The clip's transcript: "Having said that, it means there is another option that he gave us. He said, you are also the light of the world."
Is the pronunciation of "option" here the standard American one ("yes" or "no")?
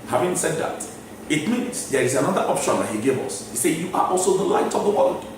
yes